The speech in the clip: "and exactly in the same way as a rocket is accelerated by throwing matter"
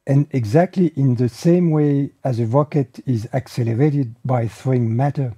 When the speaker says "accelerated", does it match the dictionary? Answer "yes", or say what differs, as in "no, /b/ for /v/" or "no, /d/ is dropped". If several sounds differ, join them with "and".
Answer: yes